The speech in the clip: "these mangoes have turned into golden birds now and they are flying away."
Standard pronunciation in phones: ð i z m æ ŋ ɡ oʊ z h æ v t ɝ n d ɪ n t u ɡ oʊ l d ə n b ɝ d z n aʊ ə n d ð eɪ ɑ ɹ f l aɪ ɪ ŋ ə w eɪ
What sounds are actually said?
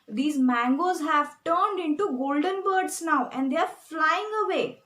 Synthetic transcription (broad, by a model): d i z m æ ŋ ɡ oʊ z h æ v t ɝ n d ɪ n t u ɡ oʊ l d ə n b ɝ d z n aʊ ə n d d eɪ ɑ ɹ f l aɪ ɪ ŋ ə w eɪ